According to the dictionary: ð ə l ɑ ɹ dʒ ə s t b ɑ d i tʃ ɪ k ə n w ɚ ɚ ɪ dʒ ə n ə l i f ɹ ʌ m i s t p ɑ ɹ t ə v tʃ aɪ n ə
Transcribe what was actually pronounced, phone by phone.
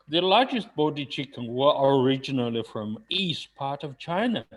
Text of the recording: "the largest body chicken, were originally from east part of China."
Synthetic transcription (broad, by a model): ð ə l ɑ ɹ dʒ ə s t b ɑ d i tʃ ɪ k ə n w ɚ ɚ ɪ dʒ ə n ə l i f ɹ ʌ m i s t p ɑ ɹ t ə v tʃ aɪ n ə